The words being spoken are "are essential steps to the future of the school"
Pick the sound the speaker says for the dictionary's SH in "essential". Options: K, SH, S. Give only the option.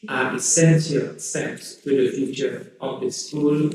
S